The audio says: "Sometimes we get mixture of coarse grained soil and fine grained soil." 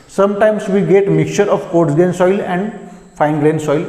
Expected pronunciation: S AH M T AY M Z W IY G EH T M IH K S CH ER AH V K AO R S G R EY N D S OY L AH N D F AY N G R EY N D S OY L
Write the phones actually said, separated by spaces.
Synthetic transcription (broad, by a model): S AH M T AY M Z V IY G EH T M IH K CH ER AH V K AO R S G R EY N S OY L AH N D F AY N G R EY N S OY L